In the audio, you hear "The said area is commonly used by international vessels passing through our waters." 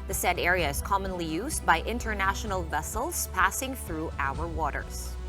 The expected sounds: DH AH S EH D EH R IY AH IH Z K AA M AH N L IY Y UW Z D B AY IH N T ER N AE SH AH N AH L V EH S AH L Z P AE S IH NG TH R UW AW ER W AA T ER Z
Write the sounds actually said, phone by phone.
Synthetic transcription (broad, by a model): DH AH S EH D EH R IY AH IH Z K AA M AH N L IY Y UW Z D B AY IH N T ER N AE SH AH N AH L V EH S AH L Z P AE S IH NG TH R UW AW ER W AA T ER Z